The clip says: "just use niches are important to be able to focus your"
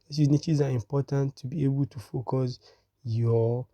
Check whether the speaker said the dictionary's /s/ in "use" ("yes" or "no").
no